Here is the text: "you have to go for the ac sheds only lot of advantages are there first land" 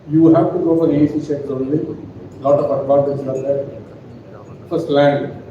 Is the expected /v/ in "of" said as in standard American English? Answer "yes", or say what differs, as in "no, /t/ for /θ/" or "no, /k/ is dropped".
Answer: no, /p/ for /v/